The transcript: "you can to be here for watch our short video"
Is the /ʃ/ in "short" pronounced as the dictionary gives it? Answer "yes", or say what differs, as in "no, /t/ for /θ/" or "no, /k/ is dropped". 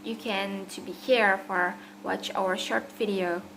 yes